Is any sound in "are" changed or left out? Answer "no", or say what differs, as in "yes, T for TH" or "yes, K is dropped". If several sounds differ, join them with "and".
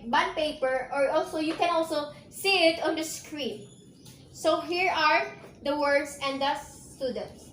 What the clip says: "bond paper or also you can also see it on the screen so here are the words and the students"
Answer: no